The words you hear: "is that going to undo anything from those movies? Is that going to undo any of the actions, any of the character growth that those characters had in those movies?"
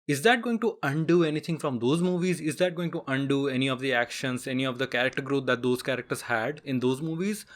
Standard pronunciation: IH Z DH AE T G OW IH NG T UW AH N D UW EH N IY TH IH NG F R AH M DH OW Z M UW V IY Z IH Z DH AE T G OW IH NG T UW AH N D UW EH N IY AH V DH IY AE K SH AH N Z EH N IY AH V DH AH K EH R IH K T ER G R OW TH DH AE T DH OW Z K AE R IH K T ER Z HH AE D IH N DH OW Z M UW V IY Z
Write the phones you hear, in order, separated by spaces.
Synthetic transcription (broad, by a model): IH Z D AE T G OW IH NG T UW AH N D UW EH N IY T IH NG F R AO M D OW Z M UW V IY Z IH Z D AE T G OW IH NG T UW AH N D UW EH N IY AH V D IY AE K SH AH N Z EH N IY AH V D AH K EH R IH K T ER G R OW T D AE T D OW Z K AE R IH K T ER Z HH AE D IH N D OW Z M UW V IY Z